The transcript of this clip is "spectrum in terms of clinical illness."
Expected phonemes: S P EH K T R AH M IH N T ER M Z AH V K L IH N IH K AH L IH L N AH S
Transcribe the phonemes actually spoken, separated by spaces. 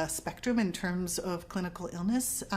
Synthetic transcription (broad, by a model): S P EH K T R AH M IH N T ER M Z AH V K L IH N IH K L IH L N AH S